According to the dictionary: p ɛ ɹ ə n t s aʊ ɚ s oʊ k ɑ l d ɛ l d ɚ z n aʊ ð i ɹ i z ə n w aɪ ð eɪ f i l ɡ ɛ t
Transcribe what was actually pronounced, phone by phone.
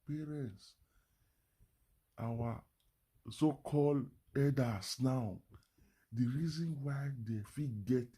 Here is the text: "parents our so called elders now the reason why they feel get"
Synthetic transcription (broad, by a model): p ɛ ɹ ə n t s aʊ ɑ s oʊ k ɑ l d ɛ d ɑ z n aʊ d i ɹ i z ə n w aɪ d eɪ f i ɡ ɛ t